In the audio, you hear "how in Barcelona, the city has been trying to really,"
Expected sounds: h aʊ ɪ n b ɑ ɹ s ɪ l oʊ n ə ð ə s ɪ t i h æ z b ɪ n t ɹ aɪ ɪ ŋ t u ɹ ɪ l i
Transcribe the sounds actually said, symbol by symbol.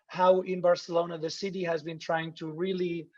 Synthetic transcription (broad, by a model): h aʊ ɪ n b ɑ ɹ s ɪ l oʊ n ə ð ə s ɪ t i h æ z b ɪ n t ɹ aɪ ɪ ŋ t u ɹ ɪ l i